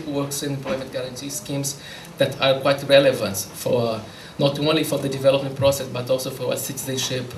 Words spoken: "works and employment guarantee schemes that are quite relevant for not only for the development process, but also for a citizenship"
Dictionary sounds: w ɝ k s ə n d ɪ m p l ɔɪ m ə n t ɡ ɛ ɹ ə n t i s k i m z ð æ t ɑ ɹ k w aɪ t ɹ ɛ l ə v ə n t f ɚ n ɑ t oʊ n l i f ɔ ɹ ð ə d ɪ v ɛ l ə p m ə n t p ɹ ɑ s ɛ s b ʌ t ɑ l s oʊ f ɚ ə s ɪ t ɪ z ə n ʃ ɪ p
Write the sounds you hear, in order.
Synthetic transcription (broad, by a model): w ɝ k s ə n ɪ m p l ɔɪ m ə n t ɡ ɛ ɹ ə n t i s k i m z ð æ t ɑ ɹ k w aɪ t ɹ ɛ l ə v ə n t f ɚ n ɑ t oʊ n l i f ɔ ɹ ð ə d ɪ v ɛ l ə p m ə n t p ɹ ɑ s ɛ s b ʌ t ɑ l s oʊ f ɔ ə s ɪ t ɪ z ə n ʃ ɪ p